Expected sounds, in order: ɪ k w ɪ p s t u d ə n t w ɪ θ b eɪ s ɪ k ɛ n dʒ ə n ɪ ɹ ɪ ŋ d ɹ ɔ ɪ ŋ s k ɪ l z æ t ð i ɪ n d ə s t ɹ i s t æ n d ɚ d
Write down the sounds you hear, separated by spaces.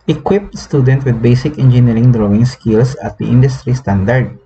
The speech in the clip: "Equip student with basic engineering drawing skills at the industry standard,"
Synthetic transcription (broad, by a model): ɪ k w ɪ p s t u d ə n t w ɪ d b eɪ s ɪ k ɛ n dʒ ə n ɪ ɹ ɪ ŋ d ɹ ɔ ɪ ŋ s k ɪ l s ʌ t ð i ɪ n d ə s t ɹ i s t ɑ n d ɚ d